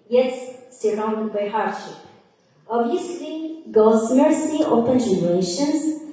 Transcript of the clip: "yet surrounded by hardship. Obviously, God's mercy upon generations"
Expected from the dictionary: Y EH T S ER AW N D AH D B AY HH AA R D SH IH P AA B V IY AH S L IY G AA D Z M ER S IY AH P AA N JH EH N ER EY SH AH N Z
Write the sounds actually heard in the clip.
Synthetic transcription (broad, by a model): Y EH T S ER AW N D AH D B AY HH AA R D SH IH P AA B IY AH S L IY G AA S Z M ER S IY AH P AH N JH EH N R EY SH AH N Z